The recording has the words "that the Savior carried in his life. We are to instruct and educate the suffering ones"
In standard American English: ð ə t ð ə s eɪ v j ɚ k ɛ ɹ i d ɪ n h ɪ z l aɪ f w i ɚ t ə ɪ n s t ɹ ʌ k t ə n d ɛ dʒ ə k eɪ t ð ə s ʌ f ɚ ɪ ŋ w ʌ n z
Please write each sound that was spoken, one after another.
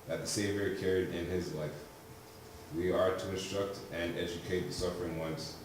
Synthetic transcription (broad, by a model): ð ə t ð ə s eɪ v j ɚ k ɛ ɹ i d ɪ n ɪ z l aɪ f w i ɚ t ə ɪ n s t ɹ ʌ k t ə n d ɛ dʒ ə k eɪ t ð ə s ʌ f ɚ ɪ ŋ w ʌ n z